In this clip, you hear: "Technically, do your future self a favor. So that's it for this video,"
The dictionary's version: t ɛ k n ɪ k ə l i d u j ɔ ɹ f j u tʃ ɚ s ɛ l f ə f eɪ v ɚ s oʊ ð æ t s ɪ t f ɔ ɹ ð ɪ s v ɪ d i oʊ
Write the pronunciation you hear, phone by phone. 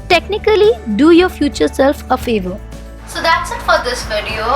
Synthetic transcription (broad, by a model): t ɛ k n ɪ k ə l i d u j ɔ ɹ f j u tʃ ɚ s ɛ l f ə f eɪ v ɚ s oʊ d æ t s ɪ t f ɔ ɹ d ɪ s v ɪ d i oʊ